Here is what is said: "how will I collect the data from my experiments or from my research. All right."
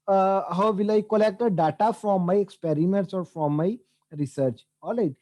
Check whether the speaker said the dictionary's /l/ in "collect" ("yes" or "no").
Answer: yes